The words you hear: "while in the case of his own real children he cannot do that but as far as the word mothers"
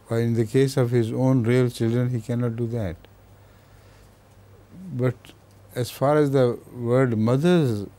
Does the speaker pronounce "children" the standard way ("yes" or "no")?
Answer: yes